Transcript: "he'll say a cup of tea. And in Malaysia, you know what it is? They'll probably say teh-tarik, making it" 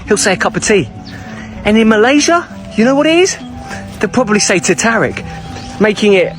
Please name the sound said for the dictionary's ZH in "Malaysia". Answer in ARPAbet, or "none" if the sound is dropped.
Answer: ZH